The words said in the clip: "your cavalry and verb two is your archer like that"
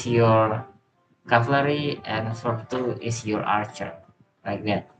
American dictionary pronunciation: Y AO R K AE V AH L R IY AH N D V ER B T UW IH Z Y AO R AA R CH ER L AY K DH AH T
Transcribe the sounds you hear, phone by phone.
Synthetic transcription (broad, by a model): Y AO R K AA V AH R IY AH N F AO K T UW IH S Y AO R AA R CH ER L AY K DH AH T